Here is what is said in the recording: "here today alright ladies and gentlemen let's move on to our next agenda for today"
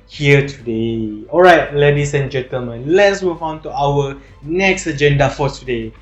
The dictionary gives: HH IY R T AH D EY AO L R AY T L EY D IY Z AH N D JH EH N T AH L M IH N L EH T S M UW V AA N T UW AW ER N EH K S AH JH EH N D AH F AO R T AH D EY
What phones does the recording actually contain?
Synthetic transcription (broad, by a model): HH IY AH T AH D EY AO L R AY T L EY D IY S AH N JH EH N T AH L M IH N L EH T S M UW V AA N T UW AW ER N EH K S AH JH EH N D AH F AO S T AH D EY